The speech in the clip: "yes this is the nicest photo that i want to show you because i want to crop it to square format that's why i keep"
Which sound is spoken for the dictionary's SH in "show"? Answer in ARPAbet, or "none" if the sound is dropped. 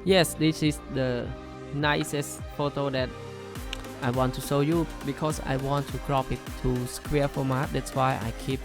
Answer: S